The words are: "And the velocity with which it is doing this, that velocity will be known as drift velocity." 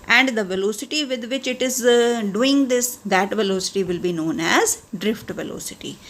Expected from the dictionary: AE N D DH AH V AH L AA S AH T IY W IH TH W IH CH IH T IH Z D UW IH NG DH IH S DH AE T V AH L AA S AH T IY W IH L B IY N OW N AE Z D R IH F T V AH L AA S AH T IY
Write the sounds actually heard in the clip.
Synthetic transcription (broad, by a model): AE N D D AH V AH L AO S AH T IY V IH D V IH CH IH T IH Z D UW IH NG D IH S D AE T V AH L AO S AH T IY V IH L B IY N OW N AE Z D R IH F T V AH L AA S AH T IY